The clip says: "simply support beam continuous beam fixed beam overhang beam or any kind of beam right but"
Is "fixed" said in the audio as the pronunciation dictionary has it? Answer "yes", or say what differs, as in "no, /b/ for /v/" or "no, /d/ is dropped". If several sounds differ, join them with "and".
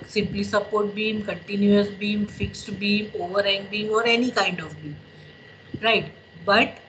yes